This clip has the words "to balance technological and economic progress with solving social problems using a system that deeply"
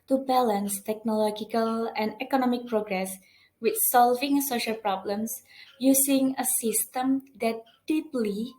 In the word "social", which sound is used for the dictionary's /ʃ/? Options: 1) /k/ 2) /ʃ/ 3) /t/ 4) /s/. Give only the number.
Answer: 2